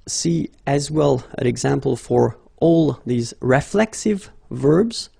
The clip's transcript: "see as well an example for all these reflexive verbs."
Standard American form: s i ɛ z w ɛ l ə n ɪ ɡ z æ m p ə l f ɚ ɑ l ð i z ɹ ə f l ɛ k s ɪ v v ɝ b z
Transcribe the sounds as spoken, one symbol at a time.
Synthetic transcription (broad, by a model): s i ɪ z w ɛ l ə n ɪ ɡ z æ m p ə l f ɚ ɑ l ð i z ɹ ə f l ɛ k s ɪ v v ɝ b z